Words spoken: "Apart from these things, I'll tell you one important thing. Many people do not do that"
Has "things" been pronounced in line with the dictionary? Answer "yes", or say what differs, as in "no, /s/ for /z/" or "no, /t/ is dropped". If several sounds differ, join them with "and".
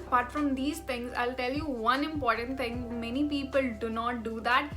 no, /t/ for /θ/